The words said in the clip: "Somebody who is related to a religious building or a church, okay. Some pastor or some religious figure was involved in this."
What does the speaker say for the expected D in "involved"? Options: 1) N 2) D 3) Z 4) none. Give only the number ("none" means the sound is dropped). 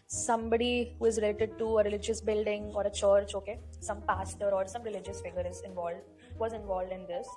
2